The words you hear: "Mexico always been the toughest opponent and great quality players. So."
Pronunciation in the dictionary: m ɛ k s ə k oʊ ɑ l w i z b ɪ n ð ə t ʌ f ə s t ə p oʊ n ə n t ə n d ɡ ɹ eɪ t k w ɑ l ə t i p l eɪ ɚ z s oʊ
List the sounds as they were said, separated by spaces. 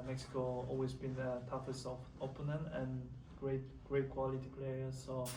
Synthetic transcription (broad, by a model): m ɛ k s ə k oʊ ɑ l w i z b ɪ n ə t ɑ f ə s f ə p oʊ n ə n ə n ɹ ɡ ɹ eɪ t k w ɑ l ə t i p l eɪ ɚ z s oʊ